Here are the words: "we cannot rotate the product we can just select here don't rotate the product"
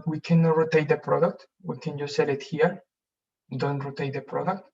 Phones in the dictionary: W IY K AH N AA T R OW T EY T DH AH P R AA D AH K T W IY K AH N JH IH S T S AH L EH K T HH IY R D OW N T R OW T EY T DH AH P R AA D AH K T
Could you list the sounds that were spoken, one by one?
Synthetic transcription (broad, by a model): W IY K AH N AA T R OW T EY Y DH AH P R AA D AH K T W IY K AH N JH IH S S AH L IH T HH IY R D OW N T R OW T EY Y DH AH P R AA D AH K T